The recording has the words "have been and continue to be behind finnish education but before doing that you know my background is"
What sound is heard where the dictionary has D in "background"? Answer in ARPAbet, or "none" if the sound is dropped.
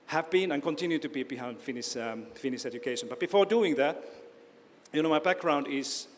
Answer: D